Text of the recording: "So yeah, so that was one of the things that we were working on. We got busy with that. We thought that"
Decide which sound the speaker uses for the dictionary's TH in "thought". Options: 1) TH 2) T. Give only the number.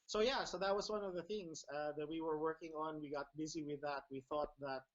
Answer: 1